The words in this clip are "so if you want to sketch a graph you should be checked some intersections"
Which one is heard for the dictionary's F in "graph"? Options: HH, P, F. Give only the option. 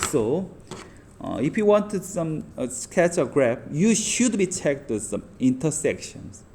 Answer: P